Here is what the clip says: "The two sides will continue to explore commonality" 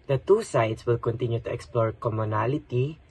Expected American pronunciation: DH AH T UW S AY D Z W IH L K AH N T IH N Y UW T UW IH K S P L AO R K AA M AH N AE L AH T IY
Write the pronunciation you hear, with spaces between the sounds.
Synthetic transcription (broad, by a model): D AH T UW S AY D S W IH L K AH N T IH N Y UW T UW IH K S P L AO R K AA M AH N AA L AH T IY